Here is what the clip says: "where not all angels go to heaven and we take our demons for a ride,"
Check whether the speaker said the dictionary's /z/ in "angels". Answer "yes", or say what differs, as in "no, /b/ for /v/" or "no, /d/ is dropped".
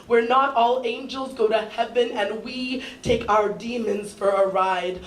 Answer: yes